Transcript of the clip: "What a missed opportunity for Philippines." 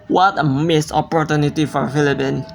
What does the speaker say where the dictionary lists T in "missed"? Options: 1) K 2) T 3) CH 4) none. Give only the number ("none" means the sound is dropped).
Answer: 4